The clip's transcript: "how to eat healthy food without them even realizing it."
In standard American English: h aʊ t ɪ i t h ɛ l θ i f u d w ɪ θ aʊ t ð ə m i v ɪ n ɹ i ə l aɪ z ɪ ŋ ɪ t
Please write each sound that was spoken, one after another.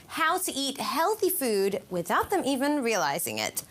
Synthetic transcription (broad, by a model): h aʊ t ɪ i t h ɛ l θ i f u d w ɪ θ aʊ t ð ə m i v ɪ n ɹ i ə l aɪ z ɪ ŋ ɪ t